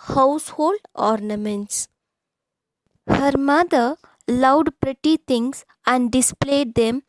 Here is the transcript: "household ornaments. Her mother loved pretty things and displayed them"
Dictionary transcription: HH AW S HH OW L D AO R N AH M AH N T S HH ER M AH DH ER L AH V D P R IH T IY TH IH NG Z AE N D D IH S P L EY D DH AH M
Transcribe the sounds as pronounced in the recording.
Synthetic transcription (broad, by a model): HH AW S HH OW L D AO R N AH M AH N T S HH ER M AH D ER L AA W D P R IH T IY T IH NG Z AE N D D IH S P L EY D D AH M